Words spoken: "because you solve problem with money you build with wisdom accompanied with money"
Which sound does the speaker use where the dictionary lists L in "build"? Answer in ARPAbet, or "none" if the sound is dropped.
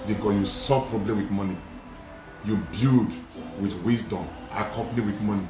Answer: none